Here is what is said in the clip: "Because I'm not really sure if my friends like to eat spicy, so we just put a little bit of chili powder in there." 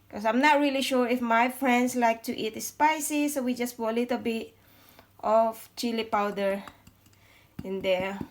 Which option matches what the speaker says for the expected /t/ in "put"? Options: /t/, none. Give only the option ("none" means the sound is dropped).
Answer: none